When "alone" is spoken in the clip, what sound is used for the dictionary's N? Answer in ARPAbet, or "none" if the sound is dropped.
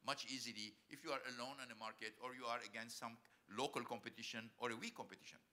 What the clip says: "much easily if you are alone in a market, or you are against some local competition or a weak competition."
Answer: N